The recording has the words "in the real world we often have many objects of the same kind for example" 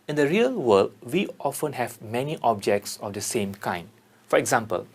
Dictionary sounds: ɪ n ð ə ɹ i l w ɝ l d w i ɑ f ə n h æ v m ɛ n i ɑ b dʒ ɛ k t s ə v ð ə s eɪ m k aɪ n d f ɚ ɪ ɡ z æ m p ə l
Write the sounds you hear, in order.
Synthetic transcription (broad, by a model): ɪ n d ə ɹ i l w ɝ l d w i ɑ f ə n h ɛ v m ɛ n i ɑ b dʒ ɛ k t s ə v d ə s eɪ m k aɪ n d f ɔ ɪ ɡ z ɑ m p ə l